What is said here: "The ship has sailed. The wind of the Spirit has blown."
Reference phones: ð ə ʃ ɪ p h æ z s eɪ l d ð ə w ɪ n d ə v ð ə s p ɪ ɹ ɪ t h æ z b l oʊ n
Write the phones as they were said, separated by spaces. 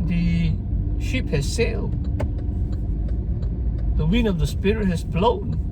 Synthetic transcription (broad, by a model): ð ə ʃ ɪ p h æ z s eɪ l d ð ə w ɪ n ə v ð ə s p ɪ ɹ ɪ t h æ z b l oʊ n